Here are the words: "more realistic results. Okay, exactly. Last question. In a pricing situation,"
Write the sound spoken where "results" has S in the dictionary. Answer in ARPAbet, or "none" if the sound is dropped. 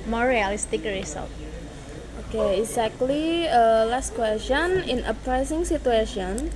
none